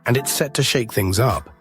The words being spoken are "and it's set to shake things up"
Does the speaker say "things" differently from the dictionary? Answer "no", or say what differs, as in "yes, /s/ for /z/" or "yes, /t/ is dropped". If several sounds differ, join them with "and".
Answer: no